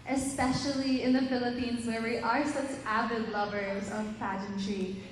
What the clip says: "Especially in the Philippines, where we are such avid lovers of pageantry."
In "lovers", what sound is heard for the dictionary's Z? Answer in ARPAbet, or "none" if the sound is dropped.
Z